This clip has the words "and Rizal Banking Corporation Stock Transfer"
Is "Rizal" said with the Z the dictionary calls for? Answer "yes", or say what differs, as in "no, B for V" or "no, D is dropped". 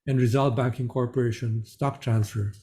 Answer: yes